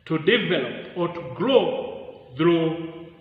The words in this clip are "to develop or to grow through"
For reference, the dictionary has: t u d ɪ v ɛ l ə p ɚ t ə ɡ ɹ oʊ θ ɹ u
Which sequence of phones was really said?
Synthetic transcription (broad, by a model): t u d ɪ v ɛ l ə p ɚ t ɡ l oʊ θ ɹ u